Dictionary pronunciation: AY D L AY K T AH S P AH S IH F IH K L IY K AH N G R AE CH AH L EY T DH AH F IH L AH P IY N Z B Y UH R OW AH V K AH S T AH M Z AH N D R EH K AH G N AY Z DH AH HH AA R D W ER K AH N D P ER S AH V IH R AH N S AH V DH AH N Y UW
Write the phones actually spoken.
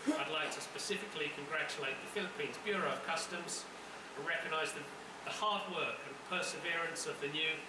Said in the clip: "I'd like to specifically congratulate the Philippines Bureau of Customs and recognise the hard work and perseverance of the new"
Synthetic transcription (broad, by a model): AY D L AY K T AH S P AH S IH F IH K L IY K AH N G R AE CH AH L EY T DH AH F IH L AH P IY N Z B Y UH R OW AH V K AH S T AH M Z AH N R EH K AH G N AY Z DH AH HH AA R D W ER K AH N P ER S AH V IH R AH N S AH V DH AH N Y UW